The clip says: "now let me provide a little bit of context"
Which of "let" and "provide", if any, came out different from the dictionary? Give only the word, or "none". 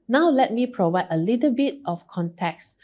none